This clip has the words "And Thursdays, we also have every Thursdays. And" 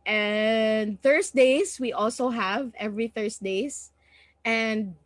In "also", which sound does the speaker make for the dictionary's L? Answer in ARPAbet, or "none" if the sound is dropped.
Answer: L